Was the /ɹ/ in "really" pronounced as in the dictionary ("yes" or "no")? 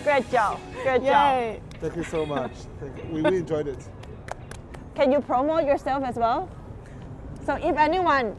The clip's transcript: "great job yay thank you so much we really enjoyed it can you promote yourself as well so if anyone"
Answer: no